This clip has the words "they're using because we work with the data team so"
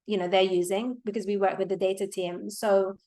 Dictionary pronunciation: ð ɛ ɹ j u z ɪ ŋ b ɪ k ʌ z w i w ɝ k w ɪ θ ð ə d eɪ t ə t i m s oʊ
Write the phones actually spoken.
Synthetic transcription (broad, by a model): ð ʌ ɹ j u z ɪ ŋ b ɪ k ʌ z w i w ɝ k w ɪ ð ə d eɪ t ə t i m s oʊ